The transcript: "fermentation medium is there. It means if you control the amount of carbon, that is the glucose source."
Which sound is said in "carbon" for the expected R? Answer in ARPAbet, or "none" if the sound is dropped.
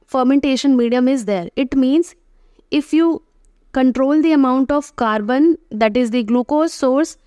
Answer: R